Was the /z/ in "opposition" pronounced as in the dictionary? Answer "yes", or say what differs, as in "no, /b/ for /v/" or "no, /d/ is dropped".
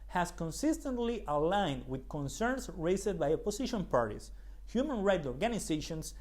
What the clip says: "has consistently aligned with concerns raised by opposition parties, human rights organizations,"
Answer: no, /s/ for /z/